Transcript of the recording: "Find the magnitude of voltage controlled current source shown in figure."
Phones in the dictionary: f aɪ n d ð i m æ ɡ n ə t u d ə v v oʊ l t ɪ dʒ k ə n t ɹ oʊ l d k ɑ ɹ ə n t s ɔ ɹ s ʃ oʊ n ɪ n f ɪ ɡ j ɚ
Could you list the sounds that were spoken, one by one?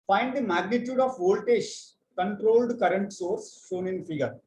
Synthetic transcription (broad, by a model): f aɪ n d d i m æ ɡ n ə t u d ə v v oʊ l t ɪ ʃ k ə n t ɹ oʊ l d k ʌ ɹ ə n t s ɔ ɹ s ʃ oʊ n ɪ n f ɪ ɡ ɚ